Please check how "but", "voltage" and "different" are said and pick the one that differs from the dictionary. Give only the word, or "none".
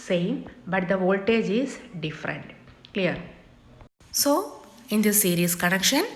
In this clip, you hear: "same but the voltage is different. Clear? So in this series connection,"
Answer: none